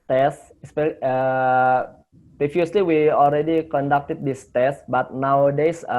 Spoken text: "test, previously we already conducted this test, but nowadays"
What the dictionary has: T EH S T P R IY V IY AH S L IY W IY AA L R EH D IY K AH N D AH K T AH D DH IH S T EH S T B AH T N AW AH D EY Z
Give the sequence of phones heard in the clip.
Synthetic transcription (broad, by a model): T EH S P P R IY F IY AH S L IY W IY AA L R EH D IY K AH N D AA K T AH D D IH S T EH S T B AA T N AW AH D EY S